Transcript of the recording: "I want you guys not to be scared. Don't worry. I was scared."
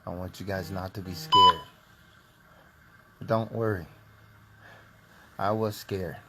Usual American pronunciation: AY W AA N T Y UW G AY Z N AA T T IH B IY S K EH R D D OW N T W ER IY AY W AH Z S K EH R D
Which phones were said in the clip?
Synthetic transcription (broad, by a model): AY W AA N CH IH G AY Z N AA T T IH B IY S K EH R D D OW N T W ER IY AY W AH Z S K EH R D